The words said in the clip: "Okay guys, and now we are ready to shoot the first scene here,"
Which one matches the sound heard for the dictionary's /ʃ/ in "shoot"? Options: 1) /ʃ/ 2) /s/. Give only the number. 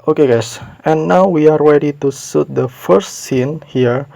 2